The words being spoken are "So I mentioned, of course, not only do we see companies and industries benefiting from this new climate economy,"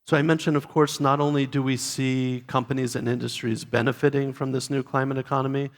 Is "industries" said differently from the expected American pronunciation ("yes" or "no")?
no